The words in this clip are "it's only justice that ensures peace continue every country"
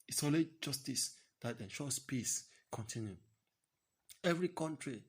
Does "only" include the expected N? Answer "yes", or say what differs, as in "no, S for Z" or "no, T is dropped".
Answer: no, N is dropped